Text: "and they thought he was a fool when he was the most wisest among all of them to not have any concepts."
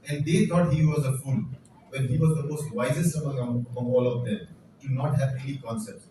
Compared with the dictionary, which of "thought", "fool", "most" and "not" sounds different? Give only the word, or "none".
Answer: thought